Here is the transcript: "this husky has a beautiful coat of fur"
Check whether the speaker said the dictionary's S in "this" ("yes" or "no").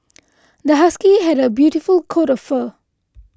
no